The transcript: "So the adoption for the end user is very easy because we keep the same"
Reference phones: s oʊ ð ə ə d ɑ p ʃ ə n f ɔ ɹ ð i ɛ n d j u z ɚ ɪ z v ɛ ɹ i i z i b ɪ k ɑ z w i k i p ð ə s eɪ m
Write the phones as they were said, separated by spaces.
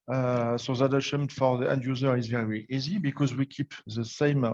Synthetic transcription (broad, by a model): s oʊ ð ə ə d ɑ ʃ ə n f ɔ ɹ ð i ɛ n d j u z ɚ ɪ z v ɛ ɹ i i z i b ɪ k ɑ z w i k i p ð ə s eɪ m